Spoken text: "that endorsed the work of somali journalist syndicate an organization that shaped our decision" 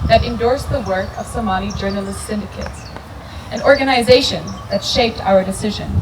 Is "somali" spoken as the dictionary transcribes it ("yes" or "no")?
no